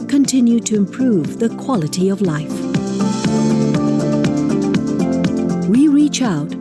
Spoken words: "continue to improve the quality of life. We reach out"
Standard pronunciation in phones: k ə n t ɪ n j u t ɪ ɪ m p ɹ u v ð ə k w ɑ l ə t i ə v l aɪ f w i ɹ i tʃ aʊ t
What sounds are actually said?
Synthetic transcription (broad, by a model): k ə n t ɪ n j u t ɪ ɪ m p ɹ u v ð ə k w ɑ l ə t i ə v l aɪ f w i ɹ i tʃ aʊ t